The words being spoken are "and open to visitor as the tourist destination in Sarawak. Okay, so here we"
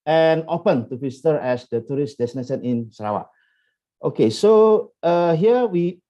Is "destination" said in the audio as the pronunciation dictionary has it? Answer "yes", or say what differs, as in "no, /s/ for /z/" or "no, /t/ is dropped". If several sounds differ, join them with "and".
no, /s/ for /ʃ/